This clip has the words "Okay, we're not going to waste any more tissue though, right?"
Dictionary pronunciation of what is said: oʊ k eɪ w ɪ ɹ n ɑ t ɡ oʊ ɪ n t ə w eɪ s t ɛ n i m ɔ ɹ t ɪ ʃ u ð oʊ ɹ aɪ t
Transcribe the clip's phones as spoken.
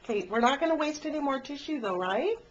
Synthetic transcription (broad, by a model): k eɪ w ɪ ɹ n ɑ t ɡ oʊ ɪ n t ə w eɪ s t ɛ n i m ɔ ɹ t ɪ ʃ u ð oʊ ɹ aɪ t